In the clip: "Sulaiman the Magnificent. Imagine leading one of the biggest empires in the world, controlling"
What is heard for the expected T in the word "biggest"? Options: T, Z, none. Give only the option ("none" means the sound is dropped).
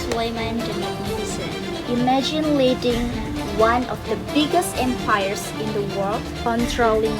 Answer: T